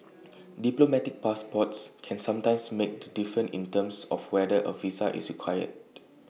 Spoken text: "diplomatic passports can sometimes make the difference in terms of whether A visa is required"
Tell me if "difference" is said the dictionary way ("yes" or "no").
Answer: no